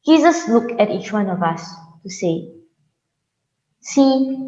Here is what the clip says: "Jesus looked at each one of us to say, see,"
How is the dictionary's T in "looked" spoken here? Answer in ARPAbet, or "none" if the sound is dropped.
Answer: none